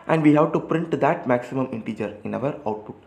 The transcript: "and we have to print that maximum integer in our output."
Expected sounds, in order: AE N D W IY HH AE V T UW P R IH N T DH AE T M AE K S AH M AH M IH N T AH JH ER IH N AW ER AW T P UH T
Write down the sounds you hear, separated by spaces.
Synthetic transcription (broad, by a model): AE N D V IY HH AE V T UW P R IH N T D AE T M AE K S AH M AH M IH N T AH JH ER IH N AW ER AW T P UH T